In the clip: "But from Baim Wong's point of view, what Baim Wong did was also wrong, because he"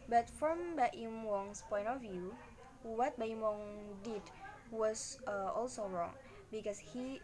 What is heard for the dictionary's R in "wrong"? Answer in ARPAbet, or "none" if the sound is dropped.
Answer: R